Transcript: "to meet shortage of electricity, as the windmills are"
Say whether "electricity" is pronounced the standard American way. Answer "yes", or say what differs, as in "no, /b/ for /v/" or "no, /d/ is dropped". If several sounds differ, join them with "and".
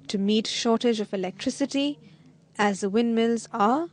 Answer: yes